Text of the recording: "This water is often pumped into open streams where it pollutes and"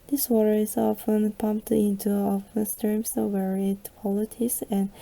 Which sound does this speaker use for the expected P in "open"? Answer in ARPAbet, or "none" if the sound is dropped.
F